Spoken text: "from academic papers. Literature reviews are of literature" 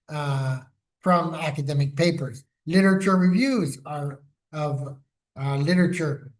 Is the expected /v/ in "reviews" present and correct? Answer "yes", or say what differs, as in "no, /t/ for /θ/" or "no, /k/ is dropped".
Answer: yes